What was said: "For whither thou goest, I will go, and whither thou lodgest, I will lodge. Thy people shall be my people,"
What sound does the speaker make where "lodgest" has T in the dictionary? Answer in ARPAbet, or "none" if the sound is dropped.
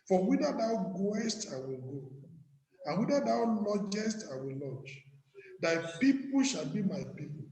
T